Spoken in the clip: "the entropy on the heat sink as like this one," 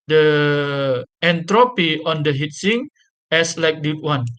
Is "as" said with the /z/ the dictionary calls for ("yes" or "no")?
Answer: no